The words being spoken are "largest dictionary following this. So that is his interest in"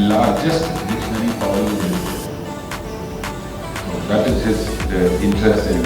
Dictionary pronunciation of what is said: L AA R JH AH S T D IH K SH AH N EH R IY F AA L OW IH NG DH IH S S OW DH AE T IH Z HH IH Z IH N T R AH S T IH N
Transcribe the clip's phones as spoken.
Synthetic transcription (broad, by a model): L AA R JH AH S T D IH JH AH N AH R IY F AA UH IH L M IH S S OW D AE T IH Z HH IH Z IH N T R AH S T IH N